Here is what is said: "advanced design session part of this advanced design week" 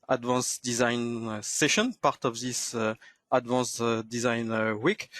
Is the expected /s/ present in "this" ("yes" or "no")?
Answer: yes